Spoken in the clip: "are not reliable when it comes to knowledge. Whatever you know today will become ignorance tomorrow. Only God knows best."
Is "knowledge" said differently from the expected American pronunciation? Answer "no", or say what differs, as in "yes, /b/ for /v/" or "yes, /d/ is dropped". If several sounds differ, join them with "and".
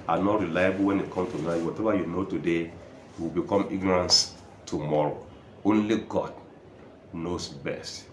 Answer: yes, /l/ is dropped